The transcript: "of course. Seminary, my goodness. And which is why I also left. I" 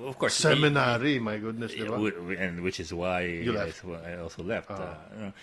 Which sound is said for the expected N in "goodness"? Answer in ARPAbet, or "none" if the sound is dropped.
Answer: N